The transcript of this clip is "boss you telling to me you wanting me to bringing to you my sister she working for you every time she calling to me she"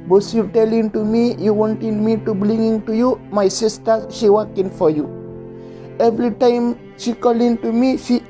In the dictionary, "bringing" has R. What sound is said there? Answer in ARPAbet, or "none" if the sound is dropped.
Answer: L